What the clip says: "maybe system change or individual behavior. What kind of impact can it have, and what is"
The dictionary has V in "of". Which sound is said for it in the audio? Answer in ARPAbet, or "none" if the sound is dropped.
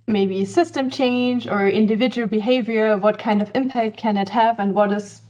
V